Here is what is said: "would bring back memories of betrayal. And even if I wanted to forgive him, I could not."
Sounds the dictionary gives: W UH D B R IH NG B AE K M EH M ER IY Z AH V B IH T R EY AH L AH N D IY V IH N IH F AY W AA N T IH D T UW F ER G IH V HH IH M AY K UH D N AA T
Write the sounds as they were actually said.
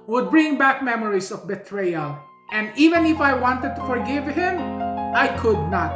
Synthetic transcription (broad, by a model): W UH D B R IH NG B AE K M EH M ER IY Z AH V B IH T R EY AH L AH N D IY V IH N IH F AY W AA N T IH D T UW F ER G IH V HH IH M AY K UH D N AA T